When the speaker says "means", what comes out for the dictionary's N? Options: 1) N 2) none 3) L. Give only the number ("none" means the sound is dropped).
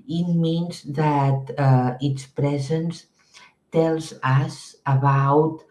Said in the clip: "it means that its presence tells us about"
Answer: 1